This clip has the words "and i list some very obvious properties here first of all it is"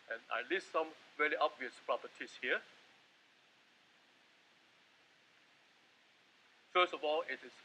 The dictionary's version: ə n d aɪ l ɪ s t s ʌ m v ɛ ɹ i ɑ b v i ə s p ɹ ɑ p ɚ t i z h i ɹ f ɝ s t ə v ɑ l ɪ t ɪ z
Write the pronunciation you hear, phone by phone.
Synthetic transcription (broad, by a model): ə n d aɪ l ɪ s t s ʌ m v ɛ l i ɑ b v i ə s p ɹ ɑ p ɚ t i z h i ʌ f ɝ s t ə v ɑ l ɪ t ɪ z